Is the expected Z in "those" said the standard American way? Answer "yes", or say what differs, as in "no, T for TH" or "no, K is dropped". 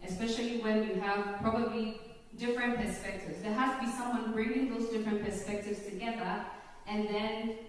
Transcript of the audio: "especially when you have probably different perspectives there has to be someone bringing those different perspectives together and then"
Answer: yes